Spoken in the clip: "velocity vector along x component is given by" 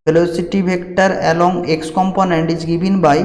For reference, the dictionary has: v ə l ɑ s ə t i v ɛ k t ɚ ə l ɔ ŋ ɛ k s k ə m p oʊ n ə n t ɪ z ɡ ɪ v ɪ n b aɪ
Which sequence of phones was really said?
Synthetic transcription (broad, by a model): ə l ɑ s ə t i b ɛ k t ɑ ə l ɔ ŋ ɛ k s k ə m p oʊ n ə n t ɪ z ɡ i b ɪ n b aɪ